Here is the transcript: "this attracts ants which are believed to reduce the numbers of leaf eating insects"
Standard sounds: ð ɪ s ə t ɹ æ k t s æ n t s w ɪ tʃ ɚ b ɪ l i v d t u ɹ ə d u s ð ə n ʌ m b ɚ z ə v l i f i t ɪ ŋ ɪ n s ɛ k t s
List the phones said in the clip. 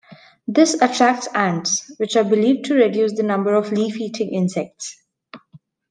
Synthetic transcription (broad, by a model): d ɪ s ə t ɹ æ k t s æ n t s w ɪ tʃ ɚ b ɪ l i v d t u ɹ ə d u s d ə n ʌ m b ɚ ə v l i f i t ɪ ŋ ɪ n s ɛ k t s